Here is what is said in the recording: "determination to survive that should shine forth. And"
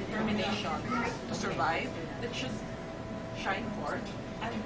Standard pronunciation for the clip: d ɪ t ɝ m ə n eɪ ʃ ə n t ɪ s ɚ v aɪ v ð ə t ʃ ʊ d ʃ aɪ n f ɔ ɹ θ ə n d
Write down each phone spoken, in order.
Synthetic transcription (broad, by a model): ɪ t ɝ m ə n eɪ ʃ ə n t ɪ s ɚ v aɪ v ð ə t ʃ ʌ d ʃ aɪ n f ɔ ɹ t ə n